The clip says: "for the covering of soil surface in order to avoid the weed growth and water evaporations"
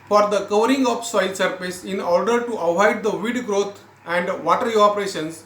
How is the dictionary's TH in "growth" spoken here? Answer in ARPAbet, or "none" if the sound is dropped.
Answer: T